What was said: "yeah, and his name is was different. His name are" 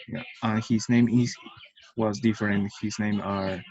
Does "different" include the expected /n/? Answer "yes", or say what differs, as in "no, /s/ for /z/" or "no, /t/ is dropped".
yes